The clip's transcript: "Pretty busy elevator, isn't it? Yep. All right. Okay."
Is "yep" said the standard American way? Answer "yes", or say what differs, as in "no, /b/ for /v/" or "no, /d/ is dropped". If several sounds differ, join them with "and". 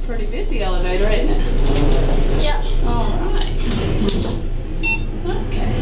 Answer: no, /p/ is dropped